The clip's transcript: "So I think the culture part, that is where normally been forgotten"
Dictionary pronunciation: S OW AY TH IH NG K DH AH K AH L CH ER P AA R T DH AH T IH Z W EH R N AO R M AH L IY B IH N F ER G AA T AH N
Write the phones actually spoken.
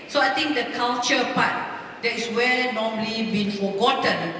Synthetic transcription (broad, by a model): S OW AY T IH NG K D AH K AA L CH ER P AA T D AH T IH S W EH L N AO M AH L IY B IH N F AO G AA T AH N